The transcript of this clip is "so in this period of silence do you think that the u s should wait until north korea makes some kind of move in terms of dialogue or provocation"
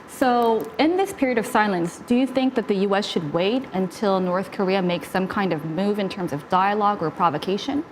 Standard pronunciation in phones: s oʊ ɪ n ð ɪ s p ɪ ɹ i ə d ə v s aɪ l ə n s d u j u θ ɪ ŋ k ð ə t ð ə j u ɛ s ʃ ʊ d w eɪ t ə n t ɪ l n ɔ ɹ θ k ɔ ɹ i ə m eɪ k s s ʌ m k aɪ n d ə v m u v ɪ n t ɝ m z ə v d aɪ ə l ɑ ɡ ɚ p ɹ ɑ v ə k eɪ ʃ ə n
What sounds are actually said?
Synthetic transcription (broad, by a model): s oʊ ɪ n ð ɪ s p ɪ ɹ i ə d ə v s aɪ l ə n s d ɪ j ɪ θ ɪ ŋ k ð ə t ð ə j u ɛ s ʃ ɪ d w eɪ t ə n t ɪ l n ɔ ɹ θ k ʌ ɹ i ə m eɪ k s s ʌ m k aɪ n d ə v m u v ɪ n t ɝ m z ə v d aɪ ə l ɑ ɡ ɚ p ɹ ɑ v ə k eɪ ʃ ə n